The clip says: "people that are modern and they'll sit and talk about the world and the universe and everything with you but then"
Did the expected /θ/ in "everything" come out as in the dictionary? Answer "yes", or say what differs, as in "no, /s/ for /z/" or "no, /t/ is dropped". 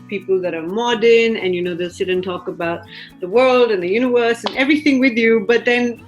yes